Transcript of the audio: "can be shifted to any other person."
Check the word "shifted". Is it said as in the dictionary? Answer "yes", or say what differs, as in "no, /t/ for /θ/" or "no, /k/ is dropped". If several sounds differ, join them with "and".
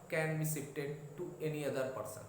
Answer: no, /s/ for /ʃ/